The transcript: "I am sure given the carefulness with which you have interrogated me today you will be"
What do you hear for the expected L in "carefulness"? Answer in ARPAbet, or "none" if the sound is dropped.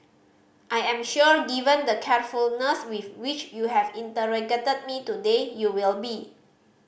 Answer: L